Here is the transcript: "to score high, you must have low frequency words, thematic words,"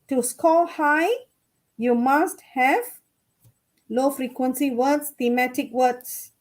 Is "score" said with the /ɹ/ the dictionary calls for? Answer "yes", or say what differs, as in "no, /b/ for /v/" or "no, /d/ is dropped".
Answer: no, /l/ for /ɹ/